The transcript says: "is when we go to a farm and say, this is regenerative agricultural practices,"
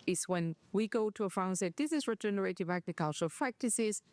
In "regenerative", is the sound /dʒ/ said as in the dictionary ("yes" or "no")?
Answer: yes